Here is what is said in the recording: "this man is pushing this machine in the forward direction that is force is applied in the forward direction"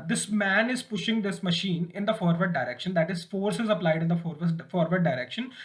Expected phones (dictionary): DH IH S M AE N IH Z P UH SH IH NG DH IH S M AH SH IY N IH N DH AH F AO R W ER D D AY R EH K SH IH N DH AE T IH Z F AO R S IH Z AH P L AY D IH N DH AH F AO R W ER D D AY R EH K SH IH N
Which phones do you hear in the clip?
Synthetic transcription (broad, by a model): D IH S M AE N IH Z P UH SH IH NG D IH S M AH SH IY N IH N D AH F AO R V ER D D AY R EH K SH IH N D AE T IH Z F AO R S IH Z AH P L AY D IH N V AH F AO R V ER D D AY R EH K SH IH N